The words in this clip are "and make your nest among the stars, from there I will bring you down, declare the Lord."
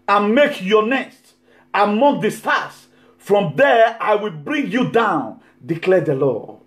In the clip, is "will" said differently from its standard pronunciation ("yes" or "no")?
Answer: no